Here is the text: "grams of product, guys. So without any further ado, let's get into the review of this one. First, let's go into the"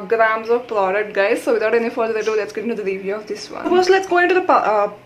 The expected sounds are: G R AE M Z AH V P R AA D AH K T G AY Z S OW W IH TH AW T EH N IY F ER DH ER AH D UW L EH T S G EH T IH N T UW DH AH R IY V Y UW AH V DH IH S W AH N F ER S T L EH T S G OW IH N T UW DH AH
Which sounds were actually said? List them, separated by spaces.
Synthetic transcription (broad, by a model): G R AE M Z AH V P R AA D AH K T G AY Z S OW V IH T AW T EH N IY F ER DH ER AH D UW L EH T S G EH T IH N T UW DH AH R IY V Y UW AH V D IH S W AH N P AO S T L EH T S G OW IH N T UW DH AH